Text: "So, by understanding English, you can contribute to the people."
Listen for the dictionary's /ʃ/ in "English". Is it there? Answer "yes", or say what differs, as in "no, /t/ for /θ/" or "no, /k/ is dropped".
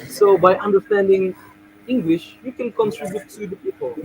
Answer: yes